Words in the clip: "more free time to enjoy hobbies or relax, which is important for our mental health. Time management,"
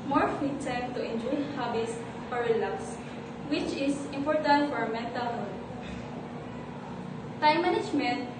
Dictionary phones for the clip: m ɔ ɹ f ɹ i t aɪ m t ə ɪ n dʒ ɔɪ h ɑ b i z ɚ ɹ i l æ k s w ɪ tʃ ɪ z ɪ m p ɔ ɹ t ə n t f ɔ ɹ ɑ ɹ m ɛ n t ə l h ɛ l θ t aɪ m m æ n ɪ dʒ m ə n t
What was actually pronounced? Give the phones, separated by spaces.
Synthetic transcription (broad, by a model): m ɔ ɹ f i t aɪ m t ə ɪ n dʒ ɔɪ h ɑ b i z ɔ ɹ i l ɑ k s w ɪ tʃ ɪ s ɪ m p ɔ ɹ t ə n t f ɔ ɹ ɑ m ɛ n t ə l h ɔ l t aɪ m m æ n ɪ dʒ m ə n t